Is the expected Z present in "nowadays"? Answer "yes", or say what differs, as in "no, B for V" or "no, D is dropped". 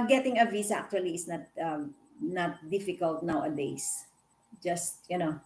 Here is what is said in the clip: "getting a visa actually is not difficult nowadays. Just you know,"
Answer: no, S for Z